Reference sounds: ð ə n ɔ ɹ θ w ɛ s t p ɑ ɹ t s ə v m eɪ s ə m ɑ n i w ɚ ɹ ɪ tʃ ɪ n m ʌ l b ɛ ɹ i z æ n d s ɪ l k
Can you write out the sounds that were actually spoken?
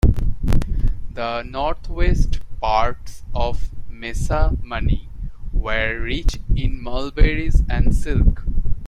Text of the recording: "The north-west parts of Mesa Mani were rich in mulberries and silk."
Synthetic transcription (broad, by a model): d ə n ɔ ɹ t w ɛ s t p ɑ ɹ t s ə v m eɪ s ə m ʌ n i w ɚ ɹ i tʃ ɪ n m ʌ l b ɛ ɹ i z æ n d s ɪ l k